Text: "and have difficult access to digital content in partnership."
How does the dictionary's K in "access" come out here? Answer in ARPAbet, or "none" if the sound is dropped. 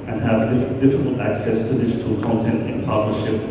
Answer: K